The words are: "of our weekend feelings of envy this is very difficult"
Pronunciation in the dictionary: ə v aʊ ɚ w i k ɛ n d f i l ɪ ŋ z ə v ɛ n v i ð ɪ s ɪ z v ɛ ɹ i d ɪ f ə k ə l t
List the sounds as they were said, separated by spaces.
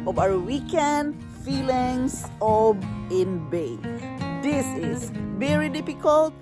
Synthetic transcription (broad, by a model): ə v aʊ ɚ w i k ɛ n d f i l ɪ ŋ s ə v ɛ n b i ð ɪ s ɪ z v ɛ ɹ i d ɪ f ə k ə l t